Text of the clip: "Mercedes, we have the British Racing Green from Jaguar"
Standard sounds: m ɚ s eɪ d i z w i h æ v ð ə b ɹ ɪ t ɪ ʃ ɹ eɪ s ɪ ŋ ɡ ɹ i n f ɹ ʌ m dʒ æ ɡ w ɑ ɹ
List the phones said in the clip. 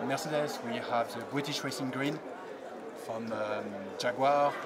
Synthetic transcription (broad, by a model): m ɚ s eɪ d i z w i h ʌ v ð ə b ɹ ɪ t ɪ ʃ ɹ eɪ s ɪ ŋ ɡ ɹ i n f ɹ ʌ m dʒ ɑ ɡ w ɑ